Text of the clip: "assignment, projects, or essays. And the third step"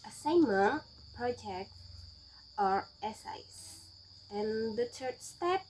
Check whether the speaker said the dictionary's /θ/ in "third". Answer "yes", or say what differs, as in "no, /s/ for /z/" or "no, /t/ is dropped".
no, /t/ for /θ/